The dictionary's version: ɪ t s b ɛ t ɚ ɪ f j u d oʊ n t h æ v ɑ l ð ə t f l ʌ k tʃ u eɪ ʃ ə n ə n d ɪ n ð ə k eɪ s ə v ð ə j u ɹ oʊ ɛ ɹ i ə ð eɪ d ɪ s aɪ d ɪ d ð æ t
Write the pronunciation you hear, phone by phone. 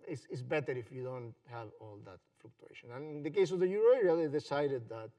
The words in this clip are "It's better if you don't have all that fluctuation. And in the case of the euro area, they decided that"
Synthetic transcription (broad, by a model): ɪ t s b ɛ t ɚ ɪ f j u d oʊ n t h æ v ɑ l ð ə t f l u k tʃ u eɪ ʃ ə n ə n ɪ n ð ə k eɪ s ə v ð ə j u ɹ oʊ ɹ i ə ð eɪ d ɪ s aɪ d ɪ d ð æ t